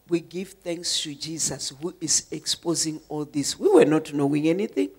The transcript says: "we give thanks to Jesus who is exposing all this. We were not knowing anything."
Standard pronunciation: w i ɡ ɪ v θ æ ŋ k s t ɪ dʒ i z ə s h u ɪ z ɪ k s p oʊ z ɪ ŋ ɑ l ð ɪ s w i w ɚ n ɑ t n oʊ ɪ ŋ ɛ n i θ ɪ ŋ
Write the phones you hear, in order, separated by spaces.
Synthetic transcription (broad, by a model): w i ɡ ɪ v θ æ ŋ k s t ɪ dʒ i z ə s h u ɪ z ɪ k s p oʊ z ɪ ŋ ɑ l ð ɪ s w i w ɚ n ɑ t n oʊ ɪ ŋ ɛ n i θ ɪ ŋ